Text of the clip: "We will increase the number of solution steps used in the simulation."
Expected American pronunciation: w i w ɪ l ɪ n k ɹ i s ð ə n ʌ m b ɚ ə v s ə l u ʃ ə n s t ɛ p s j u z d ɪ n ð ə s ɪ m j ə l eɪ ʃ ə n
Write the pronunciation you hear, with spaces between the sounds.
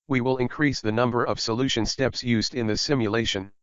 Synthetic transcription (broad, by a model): w i w ɪ l ɪ n k ɹ i s ð ə n ʌ m b ɚ ə v s ə l u ʃ ə n s t ɛ p s j u z d ɪ n ð ə s ɪ m j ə l eɪ ʃ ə n